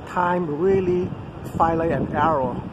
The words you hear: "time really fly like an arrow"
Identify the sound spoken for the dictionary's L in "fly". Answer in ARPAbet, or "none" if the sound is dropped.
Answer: none